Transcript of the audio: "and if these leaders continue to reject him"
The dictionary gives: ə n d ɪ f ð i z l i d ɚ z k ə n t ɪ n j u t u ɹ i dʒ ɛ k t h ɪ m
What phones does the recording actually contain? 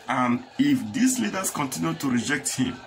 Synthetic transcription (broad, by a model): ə n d ɪ f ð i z l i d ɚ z k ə n t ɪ n j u t u ɹ i dʒ ɛ k t h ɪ m